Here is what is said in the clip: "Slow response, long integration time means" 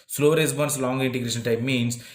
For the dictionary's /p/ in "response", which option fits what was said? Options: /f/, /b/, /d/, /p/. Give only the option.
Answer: /b/